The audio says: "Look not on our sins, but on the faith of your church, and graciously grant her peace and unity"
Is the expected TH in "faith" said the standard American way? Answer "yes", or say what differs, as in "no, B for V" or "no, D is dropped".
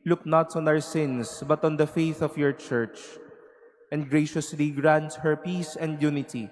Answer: yes